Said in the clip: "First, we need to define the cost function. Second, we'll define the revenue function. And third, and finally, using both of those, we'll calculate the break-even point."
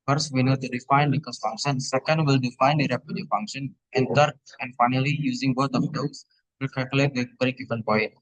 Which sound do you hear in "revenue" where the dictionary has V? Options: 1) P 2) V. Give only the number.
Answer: 1